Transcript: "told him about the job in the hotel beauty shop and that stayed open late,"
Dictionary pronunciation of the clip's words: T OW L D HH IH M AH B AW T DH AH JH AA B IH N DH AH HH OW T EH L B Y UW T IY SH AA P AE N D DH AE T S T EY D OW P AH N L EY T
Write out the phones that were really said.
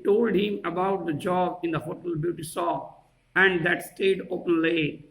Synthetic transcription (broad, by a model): T OW L D HH IH M AH B AW T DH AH JH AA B IH N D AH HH OW T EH L B Y UW T IY S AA AE N D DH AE T S T EY D OW P AH N L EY